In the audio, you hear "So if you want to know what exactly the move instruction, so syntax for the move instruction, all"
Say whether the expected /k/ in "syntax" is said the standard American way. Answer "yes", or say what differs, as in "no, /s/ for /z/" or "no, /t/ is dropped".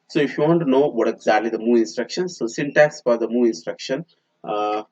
no, /k/ is dropped